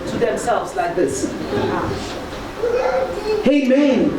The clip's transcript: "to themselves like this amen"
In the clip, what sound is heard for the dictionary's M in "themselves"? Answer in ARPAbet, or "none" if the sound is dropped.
M